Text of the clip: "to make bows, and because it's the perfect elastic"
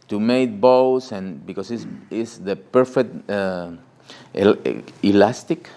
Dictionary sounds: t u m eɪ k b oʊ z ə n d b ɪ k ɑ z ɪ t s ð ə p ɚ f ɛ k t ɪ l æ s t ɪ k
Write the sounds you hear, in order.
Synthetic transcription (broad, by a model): t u m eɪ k b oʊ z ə n b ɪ k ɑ s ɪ s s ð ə p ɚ f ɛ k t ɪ l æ s t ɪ k